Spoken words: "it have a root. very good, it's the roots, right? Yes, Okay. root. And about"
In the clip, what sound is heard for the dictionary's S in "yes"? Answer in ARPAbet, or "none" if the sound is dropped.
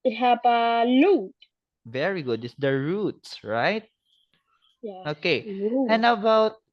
none